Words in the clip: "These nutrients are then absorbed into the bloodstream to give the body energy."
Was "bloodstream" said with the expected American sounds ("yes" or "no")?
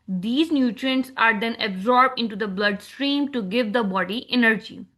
yes